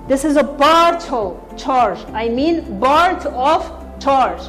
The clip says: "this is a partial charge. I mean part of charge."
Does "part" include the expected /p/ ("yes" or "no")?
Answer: no